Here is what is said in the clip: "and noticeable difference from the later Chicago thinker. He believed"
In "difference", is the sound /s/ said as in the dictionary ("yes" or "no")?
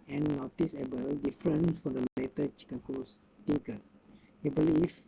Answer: no